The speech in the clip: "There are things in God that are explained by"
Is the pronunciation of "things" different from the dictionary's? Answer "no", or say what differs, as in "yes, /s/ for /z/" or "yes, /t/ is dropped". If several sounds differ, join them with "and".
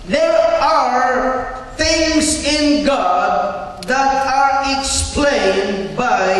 no